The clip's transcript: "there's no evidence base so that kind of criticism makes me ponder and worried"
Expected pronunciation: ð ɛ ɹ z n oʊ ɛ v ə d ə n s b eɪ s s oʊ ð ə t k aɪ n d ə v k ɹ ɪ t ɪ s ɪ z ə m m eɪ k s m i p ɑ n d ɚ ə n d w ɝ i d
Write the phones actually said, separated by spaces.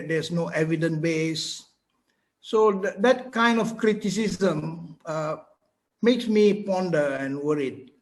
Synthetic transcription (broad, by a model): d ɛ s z n oʊ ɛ v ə d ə n b eɪ s s oʊ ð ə t k aɪ n d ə f k ɹ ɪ t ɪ s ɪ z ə m m eɪ k s m i p ɑ n d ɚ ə n w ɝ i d